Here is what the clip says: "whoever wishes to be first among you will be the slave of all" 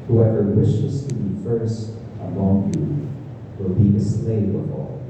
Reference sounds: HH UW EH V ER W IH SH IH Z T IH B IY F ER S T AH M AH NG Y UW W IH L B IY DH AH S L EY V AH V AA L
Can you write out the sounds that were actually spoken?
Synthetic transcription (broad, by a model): HH UW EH V ER W IH SH IH Z T IH B IY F ER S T AH M AH NG Y UW W IH L B IY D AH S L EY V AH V AA L